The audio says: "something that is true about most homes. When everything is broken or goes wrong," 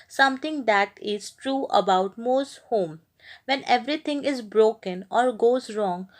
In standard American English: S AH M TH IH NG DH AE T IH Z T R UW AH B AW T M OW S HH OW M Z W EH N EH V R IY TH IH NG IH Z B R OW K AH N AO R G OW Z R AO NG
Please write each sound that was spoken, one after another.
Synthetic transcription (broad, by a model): S AH M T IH NG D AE T IH Z T R UW AH B AW T M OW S HH OW M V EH N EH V R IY T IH NG IH Z B R OW K AH N AO R G OW Z R AO NG